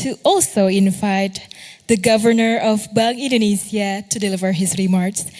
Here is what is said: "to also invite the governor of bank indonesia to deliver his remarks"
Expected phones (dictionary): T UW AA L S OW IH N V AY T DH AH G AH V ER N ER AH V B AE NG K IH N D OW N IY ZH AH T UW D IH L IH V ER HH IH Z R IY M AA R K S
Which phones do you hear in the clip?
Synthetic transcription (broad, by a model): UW AA L S OW IH N V AY T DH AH G AH V ER N ER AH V B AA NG IH N D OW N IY S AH T UW D IH L IH V ER HH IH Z R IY M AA R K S